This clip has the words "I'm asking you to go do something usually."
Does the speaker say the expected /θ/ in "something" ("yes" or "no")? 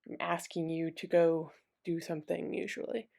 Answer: yes